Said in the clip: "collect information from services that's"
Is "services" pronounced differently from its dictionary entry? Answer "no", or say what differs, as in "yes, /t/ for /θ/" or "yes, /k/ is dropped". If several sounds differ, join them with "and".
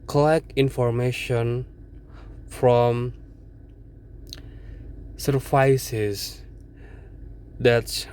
yes, /f/ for /v/